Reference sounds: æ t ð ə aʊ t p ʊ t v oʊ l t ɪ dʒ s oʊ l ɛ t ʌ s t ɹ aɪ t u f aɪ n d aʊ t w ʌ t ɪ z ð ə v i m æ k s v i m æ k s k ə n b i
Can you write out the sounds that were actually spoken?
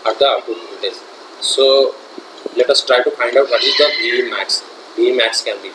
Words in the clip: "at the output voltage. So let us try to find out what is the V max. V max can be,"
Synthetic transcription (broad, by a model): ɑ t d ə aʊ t u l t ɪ z s oʊ l ɛ t ʌ s t ɹ aɪ t u f aɪ n d aʊ t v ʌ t ɪ z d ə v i m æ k s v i m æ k s k ə n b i